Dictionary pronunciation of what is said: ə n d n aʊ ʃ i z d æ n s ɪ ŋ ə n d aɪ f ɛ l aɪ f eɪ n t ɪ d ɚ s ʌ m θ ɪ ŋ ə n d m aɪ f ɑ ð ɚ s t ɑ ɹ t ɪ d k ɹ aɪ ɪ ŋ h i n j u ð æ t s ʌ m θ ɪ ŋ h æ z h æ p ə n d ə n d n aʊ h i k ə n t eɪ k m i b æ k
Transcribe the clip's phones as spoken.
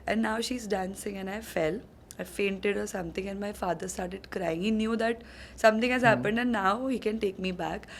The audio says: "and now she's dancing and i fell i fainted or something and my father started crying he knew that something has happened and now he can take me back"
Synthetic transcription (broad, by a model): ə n n aʊ ʃ i z d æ n s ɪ ŋ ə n aɪ f ɛ l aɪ f eɪ n t ɪ d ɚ s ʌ m t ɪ ŋ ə n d m aɪ f ɑ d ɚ s t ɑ ɹ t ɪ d k ɹ aɪ ɪ ŋ h i n j u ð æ t s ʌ m t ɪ ŋ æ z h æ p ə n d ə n n aʊ h i k ə n t eɪ k m i b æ k